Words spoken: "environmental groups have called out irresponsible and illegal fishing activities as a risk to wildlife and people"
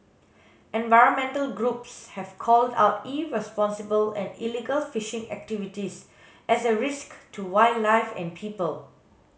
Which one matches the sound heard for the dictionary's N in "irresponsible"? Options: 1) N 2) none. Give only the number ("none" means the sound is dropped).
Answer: 1